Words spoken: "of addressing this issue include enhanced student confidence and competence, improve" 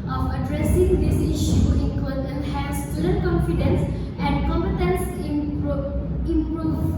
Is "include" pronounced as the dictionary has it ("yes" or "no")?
no